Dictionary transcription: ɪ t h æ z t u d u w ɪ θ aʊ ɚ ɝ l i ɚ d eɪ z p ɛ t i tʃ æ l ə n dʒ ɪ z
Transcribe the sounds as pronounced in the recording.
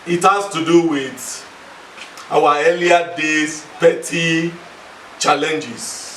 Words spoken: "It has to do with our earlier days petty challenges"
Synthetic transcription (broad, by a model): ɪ t h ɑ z t u d u w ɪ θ aʊ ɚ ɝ l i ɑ d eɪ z p ɛ t i tʃ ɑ l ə n dʒ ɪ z